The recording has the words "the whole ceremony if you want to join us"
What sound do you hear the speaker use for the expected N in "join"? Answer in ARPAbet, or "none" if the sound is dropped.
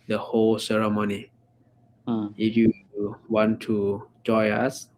none